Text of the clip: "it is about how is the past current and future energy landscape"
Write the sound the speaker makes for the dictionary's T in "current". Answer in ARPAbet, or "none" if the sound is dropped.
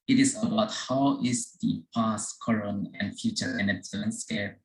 none